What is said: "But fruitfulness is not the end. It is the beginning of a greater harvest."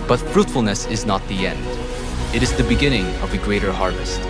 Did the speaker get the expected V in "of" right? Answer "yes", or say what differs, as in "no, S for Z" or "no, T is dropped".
yes